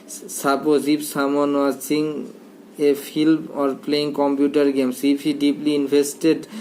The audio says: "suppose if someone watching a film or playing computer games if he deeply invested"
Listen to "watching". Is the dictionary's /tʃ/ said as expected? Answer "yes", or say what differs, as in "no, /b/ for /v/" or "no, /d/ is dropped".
no, /s/ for /tʃ/